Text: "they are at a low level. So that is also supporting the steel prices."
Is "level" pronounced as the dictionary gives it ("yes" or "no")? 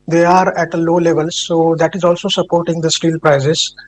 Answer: yes